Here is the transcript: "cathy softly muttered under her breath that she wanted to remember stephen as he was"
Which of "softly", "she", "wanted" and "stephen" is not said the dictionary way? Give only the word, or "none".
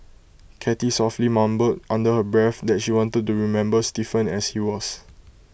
stephen